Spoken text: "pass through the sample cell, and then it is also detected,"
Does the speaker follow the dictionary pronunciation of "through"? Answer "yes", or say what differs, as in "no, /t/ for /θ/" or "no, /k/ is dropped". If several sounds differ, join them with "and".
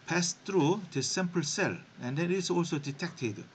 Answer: no, /t/ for /θ/